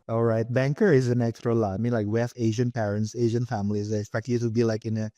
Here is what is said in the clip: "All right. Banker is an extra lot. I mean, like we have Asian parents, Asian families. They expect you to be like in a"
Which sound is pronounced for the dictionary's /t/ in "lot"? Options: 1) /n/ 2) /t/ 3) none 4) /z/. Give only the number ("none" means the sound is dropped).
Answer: 3